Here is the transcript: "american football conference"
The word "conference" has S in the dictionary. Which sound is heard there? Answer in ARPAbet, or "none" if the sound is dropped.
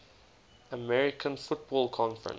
none